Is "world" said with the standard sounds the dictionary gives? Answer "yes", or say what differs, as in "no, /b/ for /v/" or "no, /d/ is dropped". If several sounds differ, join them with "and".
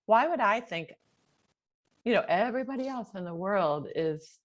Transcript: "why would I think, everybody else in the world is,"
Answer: yes